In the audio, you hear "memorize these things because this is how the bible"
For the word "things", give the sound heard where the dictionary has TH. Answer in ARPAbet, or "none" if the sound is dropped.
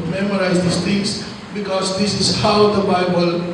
T